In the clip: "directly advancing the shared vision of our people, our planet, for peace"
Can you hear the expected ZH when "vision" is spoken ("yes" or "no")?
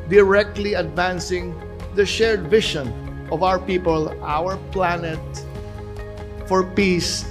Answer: no